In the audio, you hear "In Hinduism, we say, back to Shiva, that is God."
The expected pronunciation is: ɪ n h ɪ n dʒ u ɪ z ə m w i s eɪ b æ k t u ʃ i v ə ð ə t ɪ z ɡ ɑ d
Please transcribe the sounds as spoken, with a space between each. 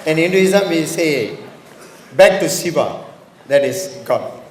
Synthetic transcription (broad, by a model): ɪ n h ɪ n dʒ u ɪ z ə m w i s eɪ b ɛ k t u s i b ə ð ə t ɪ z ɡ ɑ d